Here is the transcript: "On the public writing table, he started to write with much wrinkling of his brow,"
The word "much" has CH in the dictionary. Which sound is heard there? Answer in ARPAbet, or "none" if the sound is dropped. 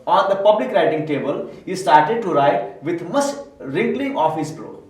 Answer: S